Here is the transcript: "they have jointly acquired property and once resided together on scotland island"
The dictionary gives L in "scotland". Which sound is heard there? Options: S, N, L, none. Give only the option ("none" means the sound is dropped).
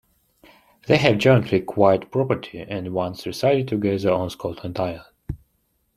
none